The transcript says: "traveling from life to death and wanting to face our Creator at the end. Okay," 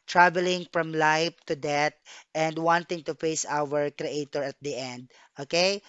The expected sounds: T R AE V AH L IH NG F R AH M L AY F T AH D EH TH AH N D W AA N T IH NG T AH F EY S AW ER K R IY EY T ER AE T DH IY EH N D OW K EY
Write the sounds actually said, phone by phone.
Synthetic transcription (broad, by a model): T R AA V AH L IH NG F R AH M L AY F T AH D EH T AH N D W AA N T IH NG T AH F EY S AW ER K R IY EY T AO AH T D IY EH N D OW K EY